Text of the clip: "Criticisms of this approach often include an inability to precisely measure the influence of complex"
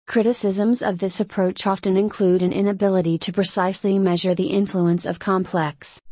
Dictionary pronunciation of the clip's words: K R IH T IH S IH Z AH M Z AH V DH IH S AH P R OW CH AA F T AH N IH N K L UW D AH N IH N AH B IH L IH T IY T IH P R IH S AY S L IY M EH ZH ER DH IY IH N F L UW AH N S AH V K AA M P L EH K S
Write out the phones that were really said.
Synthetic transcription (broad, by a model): K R IH T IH S IH Z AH M Z AH V DH IH S AH P R OW CH AA F T AH N IH N K L UW D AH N IH N AH B IH L IH T IY T IH P R IH S AY S L IY M EH ZH ER DH IY IH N F L UW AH N S AH V K AA M P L EH K S